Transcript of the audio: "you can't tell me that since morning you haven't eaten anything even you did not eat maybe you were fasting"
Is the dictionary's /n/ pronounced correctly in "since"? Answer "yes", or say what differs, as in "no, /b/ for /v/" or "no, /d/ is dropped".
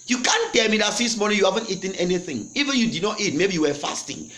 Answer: no, /n/ is dropped